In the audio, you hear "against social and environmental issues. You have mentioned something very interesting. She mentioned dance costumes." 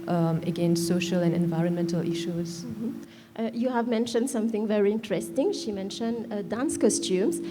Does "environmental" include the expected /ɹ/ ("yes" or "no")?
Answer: yes